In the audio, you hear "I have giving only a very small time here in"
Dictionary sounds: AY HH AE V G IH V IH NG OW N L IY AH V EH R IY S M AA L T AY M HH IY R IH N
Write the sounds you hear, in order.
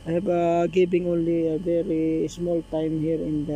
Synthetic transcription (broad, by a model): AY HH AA B G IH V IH NG OW N L IY AH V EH R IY S M AA L T AY M HH IY R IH N